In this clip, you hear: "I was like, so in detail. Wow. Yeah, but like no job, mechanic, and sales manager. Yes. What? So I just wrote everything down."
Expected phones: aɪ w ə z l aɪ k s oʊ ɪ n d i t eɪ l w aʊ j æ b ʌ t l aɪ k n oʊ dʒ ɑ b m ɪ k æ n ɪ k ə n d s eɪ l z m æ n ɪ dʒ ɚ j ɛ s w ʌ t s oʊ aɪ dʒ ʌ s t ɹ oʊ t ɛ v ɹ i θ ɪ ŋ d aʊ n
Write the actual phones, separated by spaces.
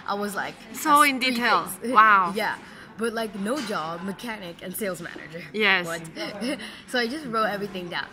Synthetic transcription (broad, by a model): aɪ w ə z l aɪ k s oʊ ɪ n d i t eɪ l w aʊ j æ b ʌ t l aɪ k n oʊ dʒ ɑ b m ɪ k æ n ɪ k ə n s eɪ l z m æ n ɪ dʒ ɚ j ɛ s w ʌ t s oʊ aɪ dʒ ʌ s t ɹ oʊ t ɛ v ɹ i θ ɪ ŋ d aʊ n